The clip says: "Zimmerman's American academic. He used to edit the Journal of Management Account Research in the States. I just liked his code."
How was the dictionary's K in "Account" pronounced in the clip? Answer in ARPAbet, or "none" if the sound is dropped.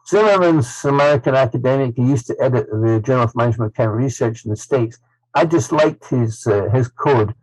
none